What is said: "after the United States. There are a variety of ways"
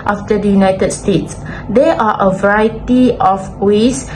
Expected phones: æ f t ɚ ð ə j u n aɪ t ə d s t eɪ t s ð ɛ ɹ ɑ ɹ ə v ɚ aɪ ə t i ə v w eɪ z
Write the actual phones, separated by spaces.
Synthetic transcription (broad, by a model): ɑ f t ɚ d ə j u n aɪ t ə d s t eɪ t s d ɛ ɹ ɑ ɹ ə v ɚ aɪ ə t i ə f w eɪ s